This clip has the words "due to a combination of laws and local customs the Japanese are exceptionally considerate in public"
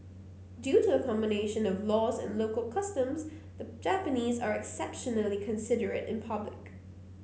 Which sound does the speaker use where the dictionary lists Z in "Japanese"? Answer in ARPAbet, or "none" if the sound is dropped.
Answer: Z